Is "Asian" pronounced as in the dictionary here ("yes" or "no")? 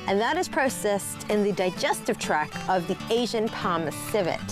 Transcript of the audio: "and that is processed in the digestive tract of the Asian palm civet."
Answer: yes